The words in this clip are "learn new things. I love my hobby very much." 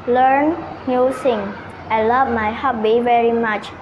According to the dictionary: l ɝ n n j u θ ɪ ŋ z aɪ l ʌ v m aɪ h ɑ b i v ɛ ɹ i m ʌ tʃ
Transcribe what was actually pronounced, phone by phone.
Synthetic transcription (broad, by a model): l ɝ n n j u s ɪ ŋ aɪ l ʌ v m aɪ h ɑ b i v ɛ ɹ i m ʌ tʃ